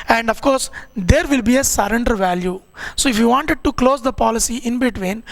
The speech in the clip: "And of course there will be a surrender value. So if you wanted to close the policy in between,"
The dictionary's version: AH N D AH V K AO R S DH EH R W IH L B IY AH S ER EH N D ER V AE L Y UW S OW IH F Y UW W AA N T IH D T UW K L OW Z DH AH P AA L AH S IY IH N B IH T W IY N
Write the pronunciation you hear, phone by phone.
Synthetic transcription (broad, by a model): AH N D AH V K AO R S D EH R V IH L B IY AH S ER EH N D ER V AE L Y UW S OW IH F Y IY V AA N T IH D T UW K L OW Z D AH P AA L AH S IY IH N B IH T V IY N